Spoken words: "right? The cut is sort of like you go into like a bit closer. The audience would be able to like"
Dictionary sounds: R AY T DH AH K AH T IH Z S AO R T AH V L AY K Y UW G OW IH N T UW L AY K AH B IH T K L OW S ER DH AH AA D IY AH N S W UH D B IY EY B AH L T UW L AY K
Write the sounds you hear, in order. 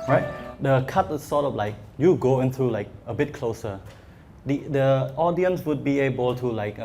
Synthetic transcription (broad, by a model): R AY T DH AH K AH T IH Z S AO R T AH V L AY K Y UW G OW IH N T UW L AY K AH B IH T K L OW S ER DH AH AA D IY AH N S W UH D B IY EY B AH L T UW L AY K